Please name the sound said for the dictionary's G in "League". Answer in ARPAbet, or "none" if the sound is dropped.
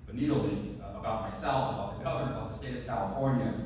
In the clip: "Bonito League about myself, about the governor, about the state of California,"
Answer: none